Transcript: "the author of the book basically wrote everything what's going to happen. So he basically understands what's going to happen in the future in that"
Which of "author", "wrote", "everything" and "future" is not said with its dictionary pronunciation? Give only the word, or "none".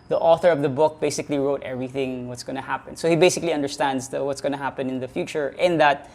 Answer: none